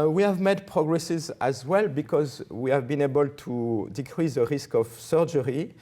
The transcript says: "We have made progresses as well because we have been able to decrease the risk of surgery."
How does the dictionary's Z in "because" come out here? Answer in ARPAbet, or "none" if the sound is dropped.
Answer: Z